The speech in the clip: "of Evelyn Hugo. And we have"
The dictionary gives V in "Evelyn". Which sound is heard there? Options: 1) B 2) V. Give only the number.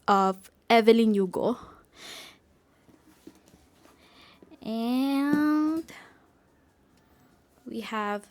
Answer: 2